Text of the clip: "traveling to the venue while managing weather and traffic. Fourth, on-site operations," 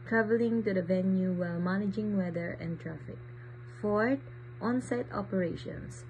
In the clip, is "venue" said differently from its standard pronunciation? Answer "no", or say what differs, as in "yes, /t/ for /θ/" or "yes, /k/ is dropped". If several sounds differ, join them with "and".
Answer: no